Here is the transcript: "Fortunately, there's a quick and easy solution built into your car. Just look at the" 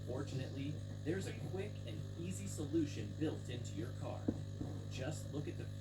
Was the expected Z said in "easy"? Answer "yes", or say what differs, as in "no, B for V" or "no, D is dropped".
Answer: yes